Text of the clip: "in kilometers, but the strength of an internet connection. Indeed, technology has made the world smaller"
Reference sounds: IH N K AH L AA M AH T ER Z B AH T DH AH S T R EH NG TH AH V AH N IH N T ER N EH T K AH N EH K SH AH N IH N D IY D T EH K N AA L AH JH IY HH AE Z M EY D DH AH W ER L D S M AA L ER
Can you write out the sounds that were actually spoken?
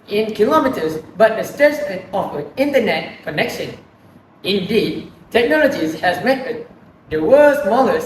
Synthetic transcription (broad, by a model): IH N K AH L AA M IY T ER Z B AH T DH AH S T EH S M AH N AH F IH N T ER N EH T K AH N EH K SH AH N IH N D IY D T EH K N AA L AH JH IY HH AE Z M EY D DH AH W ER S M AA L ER